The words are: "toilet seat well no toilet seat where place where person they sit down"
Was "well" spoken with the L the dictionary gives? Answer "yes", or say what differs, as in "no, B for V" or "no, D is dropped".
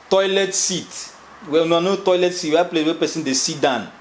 no, N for L